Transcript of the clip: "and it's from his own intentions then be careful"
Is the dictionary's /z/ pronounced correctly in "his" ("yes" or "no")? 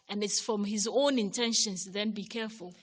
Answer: yes